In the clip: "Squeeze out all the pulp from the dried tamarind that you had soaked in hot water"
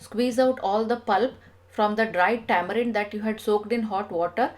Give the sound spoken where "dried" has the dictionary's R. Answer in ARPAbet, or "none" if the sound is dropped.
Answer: R